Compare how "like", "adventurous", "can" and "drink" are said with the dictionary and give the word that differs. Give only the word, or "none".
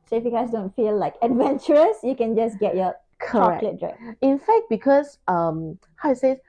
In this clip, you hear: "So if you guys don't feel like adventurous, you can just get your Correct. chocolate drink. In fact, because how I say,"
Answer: drink